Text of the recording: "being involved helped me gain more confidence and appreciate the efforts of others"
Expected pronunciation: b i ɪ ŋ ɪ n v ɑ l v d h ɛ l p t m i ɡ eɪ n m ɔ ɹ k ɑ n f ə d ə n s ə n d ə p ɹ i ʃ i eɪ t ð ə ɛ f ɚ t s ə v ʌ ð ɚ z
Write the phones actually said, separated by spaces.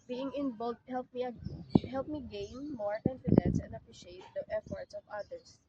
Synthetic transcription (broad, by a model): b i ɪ ŋ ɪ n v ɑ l d h ɛ l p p m i ɡ eɪ n m ɔ ɹ k ɑ n f ə d ə n s ə n d ə p ɹ i ʃ i eɪ t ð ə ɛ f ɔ t s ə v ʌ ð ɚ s